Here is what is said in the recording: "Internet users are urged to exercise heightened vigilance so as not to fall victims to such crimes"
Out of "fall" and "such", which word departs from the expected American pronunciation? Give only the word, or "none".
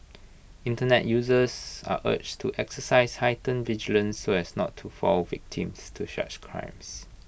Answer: such